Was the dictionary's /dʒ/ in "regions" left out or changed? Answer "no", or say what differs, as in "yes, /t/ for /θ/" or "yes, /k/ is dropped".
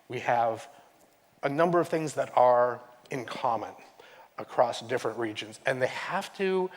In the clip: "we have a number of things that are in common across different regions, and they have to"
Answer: no